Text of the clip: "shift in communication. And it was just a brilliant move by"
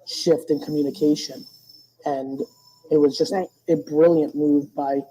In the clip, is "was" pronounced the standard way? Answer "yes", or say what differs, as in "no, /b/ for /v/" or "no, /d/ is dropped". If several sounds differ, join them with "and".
yes